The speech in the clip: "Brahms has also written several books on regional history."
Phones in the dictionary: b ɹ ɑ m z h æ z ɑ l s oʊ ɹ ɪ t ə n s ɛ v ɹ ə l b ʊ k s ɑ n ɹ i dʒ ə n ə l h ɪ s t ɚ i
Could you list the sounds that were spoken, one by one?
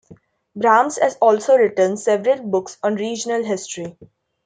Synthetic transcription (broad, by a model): b ɹ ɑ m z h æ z ɑ l s oʊ ɹ ɪ t ə n s ɛ v ɹ ə l b ʊ k s ɑ n ɹ i dʒ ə n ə l h ɪ s t ɚ i